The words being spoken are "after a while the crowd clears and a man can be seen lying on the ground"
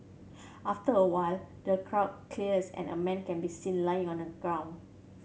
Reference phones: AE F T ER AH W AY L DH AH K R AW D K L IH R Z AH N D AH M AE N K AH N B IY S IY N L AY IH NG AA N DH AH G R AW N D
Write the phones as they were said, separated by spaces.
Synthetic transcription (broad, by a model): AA F T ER AH W AY L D AH K R AW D K L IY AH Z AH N AH M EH N K AH N B IY S IY N L AY IH NG AA N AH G R AW N